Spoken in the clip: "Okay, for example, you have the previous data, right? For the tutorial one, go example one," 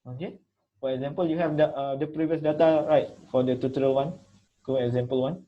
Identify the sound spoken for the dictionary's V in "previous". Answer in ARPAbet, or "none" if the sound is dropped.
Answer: V